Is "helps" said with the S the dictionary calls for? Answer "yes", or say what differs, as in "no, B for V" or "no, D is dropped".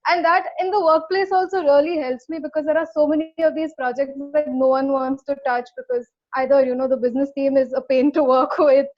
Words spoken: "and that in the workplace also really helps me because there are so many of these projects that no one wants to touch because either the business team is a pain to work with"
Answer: yes